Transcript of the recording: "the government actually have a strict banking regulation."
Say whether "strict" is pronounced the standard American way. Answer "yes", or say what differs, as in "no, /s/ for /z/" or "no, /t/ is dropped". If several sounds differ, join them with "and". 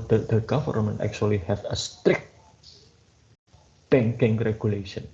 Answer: yes